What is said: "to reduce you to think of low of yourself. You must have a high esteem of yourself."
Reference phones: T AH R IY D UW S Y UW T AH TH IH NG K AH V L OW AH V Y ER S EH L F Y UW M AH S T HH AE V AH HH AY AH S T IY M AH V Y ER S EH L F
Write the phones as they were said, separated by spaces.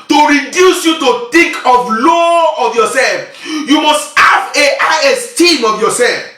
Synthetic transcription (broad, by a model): T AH R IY D UW S Y UW T AH T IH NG K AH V L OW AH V Y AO S EH L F Y UW M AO S T HH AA V AH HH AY AH S T IY M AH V Y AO S EH L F